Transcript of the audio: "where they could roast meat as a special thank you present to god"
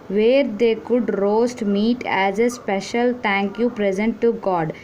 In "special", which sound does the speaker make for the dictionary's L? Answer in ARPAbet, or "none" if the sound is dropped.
L